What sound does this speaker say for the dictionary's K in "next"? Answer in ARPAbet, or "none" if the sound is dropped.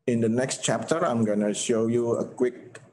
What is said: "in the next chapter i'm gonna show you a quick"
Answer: K